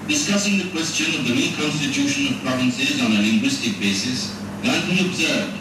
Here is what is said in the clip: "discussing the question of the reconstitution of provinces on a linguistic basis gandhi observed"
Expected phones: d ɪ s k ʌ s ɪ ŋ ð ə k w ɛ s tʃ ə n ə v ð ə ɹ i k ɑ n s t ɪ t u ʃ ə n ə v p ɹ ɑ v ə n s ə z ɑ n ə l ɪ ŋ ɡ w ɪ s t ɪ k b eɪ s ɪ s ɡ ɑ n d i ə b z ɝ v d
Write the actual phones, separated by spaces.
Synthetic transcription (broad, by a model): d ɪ s k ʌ s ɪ ŋ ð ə k w ɛ s tʃ ə n ə v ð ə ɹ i k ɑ n s t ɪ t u ʃ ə n ə v p ɹ ɑ v ə n s ə z ɑ n ə l ɪ ŋ ɡ w ɪ s t ɪ k b eɪ s ɪ s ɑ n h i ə b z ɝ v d